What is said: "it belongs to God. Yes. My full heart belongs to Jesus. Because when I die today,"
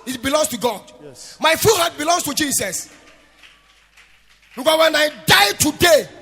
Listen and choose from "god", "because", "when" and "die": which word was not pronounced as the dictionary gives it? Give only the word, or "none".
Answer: because